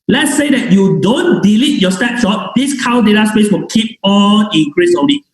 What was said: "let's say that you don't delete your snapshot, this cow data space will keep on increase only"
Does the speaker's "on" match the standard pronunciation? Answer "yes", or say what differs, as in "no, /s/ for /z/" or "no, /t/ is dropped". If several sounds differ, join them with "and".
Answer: no, /l/ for /n/